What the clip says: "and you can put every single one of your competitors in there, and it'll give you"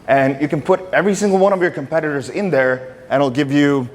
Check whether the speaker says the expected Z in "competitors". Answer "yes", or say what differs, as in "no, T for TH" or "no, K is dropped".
yes